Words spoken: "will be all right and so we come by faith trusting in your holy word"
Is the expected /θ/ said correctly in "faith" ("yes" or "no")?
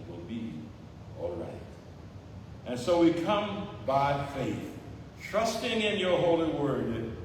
yes